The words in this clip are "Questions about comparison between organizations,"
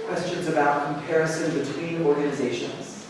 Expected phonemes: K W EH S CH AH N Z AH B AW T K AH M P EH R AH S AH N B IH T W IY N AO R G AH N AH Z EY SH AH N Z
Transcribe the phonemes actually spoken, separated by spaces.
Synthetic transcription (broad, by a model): K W EH S CH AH N Z AH B AW T K AH M P EH R AH S AH N B IH T W IY N AO R G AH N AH Z EY SH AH N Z